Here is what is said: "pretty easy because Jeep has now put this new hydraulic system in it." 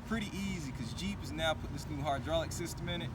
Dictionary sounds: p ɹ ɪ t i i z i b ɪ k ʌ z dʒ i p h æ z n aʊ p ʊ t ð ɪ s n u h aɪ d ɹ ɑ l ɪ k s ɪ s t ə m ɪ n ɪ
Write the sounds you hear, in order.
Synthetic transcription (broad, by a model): p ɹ ɪ t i i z i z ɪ k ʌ z dʒ i p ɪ z n aʊ p ʊ t ð ɪ s n u h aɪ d ɹ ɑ l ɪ k s ɪ s t ə m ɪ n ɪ